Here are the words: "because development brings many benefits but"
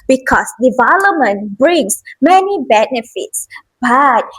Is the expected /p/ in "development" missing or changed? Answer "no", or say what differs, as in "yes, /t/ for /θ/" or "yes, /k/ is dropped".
yes, /p/ is dropped